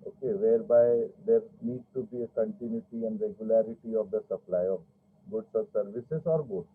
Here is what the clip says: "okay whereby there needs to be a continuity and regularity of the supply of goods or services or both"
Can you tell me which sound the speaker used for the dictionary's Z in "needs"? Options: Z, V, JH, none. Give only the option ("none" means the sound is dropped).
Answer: none